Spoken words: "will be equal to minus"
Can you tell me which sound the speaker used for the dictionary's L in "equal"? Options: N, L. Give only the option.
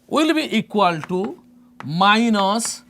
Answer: L